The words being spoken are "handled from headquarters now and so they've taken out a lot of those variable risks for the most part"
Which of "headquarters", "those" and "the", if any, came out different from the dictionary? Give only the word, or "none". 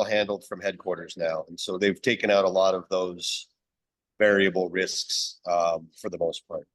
none